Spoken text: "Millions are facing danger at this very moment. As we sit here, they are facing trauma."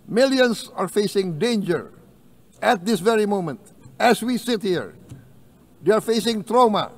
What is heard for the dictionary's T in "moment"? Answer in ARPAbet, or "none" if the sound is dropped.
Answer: T